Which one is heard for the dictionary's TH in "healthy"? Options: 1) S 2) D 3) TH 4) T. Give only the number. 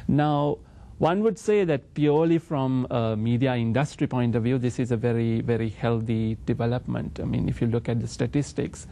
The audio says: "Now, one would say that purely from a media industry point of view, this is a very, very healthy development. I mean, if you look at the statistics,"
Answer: 4